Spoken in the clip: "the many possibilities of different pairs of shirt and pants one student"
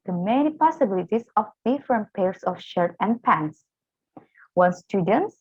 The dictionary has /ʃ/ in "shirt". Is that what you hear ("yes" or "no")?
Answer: yes